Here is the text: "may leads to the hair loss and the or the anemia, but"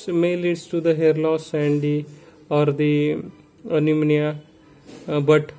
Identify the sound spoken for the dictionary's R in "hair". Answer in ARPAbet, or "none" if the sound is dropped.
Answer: R